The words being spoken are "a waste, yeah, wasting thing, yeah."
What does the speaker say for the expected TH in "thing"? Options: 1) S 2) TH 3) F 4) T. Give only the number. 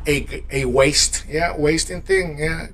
2